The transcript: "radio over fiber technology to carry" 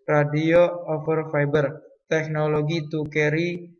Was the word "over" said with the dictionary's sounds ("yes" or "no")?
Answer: no